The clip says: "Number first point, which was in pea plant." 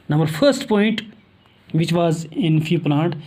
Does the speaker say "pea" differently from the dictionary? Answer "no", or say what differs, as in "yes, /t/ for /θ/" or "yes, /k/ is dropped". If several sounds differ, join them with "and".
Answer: yes, /f/ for /p/